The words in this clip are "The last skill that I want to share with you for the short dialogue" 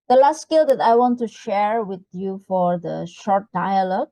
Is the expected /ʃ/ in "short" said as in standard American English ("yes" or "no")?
yes